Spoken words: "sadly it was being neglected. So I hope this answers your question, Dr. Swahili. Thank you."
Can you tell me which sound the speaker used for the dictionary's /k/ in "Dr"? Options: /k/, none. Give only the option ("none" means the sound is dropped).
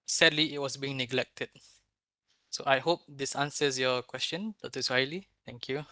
none